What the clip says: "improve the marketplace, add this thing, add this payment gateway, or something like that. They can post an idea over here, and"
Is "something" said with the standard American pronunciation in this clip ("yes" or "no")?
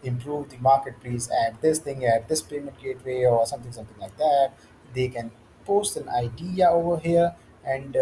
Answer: no